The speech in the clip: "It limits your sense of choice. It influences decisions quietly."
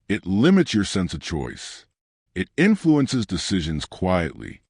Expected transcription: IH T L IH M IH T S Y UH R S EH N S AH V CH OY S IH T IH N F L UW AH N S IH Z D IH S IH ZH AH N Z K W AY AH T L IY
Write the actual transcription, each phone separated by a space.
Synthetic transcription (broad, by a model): IH T L IH M IH T S Y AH R S EH N S AH V CH OY S IH T IH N F L UW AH N S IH Z D IH S IH ZH AH N Z K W AY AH T L IY